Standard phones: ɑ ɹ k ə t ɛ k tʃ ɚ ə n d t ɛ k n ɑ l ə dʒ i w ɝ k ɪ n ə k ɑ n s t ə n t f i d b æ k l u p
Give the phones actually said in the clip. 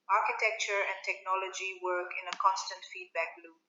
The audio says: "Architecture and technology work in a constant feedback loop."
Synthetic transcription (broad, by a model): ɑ ɹ k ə t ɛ k tʃ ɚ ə n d t ɛ k n ɑ l ə dʒ i w ɝ k ɪ n ə k ɑ n s t ə n t f i d b æ k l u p